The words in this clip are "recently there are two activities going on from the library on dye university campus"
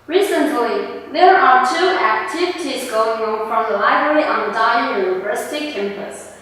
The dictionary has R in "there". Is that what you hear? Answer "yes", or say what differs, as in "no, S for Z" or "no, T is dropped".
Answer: yes